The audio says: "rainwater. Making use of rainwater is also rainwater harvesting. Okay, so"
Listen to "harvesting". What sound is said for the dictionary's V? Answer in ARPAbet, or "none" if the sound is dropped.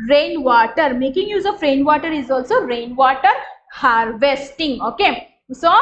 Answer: V